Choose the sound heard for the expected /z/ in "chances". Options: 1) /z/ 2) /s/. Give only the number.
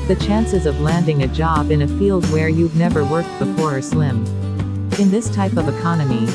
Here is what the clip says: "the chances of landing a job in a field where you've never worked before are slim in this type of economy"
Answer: 1